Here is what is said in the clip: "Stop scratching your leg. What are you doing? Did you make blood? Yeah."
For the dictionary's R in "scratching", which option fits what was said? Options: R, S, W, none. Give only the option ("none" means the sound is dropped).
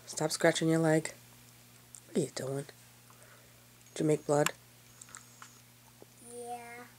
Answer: R